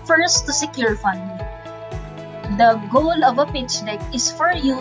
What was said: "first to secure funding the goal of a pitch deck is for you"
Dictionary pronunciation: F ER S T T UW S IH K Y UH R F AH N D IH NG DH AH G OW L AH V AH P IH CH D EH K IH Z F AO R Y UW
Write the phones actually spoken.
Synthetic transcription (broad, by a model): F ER S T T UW S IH K Y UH R F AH N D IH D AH G OW L AH V AH P IH CH D EH K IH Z F AO R Y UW